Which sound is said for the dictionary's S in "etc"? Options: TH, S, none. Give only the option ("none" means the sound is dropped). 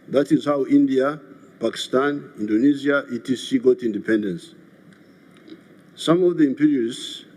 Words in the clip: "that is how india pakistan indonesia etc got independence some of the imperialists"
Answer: none